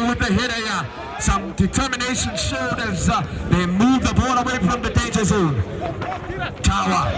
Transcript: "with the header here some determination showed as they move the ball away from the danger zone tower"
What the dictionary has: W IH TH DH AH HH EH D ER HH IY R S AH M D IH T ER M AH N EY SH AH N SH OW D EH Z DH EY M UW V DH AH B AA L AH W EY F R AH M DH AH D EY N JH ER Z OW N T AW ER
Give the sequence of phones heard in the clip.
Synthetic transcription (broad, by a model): W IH DH AH HH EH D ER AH S AH M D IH T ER M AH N EY SH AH N SH OW D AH Z DH EY M UW V DH AH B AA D AH W EY F R AH M DH AH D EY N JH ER Z OW N T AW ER